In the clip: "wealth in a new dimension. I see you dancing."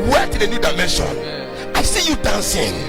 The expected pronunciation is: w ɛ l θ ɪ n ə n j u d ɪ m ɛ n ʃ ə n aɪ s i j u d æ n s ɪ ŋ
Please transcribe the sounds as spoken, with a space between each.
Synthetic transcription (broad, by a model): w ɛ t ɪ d ə n j u d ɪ m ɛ n ʃ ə n aɪ s i j u d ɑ n s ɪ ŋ